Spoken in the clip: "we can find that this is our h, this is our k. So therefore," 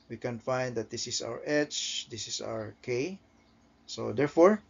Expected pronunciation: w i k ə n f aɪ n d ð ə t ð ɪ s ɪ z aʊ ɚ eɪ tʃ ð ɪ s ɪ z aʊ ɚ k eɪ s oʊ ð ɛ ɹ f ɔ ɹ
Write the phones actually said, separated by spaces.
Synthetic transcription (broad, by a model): w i k ə n f aɪ n d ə t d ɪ s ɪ s aʊ ɚ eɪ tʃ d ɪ s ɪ s aʊ ɚ k eɪ s oʊ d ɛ ɹ f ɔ ɹ